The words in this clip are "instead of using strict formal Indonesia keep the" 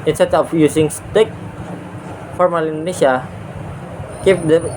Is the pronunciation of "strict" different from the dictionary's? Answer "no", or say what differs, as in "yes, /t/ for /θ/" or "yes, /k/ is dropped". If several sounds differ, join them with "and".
yes, /ɹ/ is dropped